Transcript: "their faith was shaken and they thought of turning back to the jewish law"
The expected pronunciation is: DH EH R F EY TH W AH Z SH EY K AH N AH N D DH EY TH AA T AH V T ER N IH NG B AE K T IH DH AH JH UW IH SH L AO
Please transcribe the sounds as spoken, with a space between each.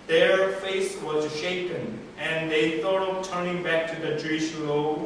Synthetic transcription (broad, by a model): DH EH R F EY S W AH Z SH EY K AH N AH N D DH EY TH AA T AH V T ER N IH NG B AE K T IH DH AH JH UW IH SH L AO